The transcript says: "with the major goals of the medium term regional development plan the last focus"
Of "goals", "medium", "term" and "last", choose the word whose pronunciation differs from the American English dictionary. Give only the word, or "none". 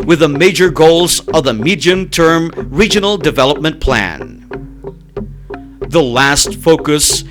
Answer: none